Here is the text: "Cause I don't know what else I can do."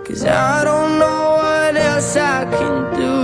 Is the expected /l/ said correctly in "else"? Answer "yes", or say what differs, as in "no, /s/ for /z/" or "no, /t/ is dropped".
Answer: no, /l/ is dropped